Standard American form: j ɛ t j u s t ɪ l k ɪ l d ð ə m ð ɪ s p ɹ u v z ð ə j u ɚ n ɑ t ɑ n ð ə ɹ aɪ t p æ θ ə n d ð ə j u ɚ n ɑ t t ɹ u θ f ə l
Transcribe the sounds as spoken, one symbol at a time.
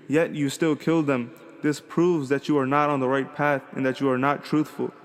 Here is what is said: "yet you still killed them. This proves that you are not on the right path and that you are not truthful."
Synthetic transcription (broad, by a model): j ɛ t j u s t ɪ l k ɪ l d ð ə m ð ɪ s p ɹ u v z ð ə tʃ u ɚ n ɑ t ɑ n ð ə ɹ aɪ t p æ θ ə n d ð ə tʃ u ɚ n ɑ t t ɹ u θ f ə l